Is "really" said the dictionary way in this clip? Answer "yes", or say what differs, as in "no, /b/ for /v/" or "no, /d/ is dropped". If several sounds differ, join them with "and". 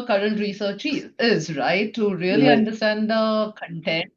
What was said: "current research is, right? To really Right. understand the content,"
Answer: no, /l/ is dropped